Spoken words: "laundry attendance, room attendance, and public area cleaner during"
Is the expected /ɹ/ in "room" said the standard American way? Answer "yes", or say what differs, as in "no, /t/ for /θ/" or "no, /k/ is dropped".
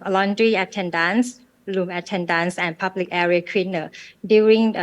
no, /l/ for /ɹ/